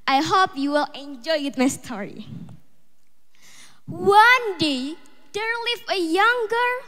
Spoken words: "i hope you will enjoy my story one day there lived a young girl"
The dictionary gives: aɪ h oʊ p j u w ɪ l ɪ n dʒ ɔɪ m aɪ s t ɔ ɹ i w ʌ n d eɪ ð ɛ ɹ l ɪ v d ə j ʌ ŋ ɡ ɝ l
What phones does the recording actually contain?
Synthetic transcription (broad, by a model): aɪ h oʊ p j u w ɪ l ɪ n dʒ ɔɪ m aɪ s t ɔ ɹ i w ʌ n d eɪ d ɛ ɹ l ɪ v ə j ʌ ŋ ɡ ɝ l